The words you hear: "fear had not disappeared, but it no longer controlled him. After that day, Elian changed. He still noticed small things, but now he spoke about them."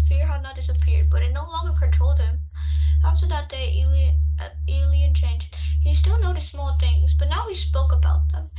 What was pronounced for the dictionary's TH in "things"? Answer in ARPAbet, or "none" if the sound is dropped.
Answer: TH